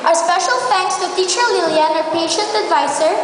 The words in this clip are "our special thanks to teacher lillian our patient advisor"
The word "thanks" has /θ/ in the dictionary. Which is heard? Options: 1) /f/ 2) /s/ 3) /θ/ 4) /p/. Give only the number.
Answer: 1